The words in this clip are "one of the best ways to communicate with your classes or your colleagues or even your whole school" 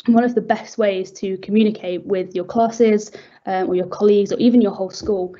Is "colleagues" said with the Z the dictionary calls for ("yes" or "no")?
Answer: yes